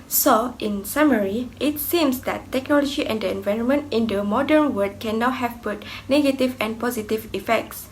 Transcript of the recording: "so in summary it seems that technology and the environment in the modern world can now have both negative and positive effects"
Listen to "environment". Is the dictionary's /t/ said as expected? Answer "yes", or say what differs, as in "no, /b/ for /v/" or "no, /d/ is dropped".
yes